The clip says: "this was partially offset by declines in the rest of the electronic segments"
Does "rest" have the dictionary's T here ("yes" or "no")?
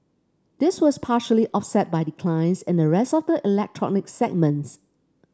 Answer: yes